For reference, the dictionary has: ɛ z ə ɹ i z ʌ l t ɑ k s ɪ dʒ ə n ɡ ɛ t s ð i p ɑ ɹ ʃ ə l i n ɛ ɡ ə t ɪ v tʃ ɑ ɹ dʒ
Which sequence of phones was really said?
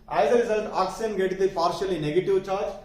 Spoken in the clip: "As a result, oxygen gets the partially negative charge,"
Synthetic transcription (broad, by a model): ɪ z ə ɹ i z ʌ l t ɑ k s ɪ ə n ɡ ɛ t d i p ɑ ɹ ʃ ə l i n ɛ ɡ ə t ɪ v tʃ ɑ ɹ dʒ